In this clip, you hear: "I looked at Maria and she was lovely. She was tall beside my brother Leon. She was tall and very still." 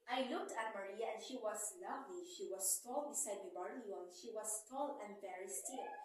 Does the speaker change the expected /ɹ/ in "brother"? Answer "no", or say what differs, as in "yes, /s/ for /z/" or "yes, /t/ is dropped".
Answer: yes, /ɹ/ is dropped